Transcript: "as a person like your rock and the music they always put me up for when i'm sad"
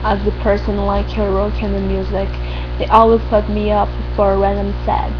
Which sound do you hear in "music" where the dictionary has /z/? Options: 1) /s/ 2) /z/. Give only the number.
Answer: 2